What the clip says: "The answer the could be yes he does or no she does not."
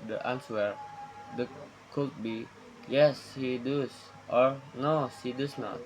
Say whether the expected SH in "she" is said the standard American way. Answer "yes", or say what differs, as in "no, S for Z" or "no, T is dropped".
no, S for SH